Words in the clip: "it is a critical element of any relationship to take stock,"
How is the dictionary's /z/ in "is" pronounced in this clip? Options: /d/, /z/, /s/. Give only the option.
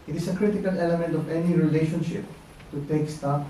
/s/